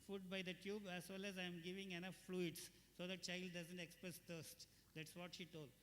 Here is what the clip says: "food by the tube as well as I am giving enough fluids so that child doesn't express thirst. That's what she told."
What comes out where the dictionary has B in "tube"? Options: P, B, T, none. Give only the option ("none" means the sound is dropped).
B